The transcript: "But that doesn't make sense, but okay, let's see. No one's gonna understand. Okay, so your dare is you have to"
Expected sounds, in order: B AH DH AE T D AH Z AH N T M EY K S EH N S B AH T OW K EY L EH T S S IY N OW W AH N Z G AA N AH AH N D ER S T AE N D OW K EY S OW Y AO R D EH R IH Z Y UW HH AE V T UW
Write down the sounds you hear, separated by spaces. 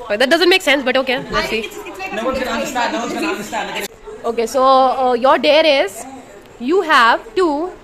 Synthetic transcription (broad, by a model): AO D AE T D AH Z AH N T M EY K S EH N S B AH T OW K EY N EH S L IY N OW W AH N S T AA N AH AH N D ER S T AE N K OW K EY S OW Y AO R D EH R IH Z Y UW HH AE V T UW